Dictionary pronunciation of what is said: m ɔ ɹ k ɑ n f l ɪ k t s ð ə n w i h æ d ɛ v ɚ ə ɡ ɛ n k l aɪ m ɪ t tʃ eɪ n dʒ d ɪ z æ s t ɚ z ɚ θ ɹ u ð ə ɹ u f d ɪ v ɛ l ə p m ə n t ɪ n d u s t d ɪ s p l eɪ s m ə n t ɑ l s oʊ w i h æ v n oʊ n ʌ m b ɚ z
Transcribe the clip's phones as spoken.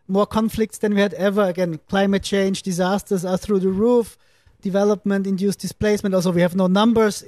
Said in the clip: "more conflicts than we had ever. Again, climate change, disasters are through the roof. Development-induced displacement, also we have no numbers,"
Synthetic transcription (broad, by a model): m ɔ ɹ k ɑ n f l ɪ k t s ð ə n w i h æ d ɛ v ɚ ə ɡ ɛ n k l aɪ m ɪ t tʃ eɪ n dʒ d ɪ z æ s t ɚ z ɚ θ ɹ u ð ə ɹ u f d ɪ v ɛ l ə p m ə n t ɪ n d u s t d ɪ s p l eɪ s m ə n t ɑ l s oʊ w i h æ v n oʊ n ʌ m b ɚ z